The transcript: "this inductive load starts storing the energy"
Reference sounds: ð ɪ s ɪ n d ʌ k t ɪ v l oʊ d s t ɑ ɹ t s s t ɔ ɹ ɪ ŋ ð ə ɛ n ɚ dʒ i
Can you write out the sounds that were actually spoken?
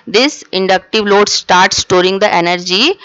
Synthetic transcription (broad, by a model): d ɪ s ɪ n d ʌ k t ɪ v l oʊ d s t ɑ ɹ t s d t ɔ ɹ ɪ ŋ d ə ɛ n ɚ dʒ i